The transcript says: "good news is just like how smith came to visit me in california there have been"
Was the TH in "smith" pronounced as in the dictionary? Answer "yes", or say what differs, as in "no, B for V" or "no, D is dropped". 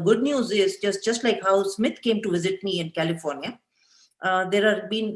no, T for TH